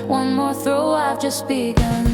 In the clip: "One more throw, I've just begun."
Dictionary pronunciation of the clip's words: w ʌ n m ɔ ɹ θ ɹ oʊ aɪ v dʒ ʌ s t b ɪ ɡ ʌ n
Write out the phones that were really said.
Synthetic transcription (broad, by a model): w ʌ n m ɔ ɹ θ ɹ oʊ aɪ v dʒ ʌ s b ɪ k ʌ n